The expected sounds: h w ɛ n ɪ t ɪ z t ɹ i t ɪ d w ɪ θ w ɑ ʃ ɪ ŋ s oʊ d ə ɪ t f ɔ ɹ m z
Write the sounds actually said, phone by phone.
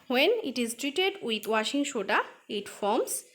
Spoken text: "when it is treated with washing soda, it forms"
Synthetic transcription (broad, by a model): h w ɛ n ɪ t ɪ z t ɹ i t ɪ d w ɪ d w ɑ ʃ ɪ ŋ ʃ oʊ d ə ɪ t f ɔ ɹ m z